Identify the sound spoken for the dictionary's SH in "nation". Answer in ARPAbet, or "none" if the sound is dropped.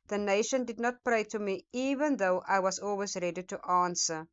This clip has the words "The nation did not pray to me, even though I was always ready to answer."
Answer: SH